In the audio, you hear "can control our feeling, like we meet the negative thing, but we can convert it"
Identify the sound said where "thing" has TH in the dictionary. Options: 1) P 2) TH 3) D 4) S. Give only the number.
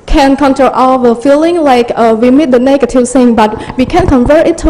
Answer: 4